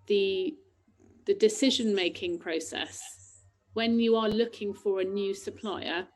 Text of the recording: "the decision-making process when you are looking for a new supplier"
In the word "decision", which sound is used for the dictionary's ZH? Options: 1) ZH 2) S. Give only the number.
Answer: 1